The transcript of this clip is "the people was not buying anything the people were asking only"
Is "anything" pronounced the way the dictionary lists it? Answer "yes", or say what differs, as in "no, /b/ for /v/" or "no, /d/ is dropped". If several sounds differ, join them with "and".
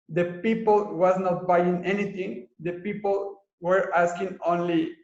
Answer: no, /t/ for /θ/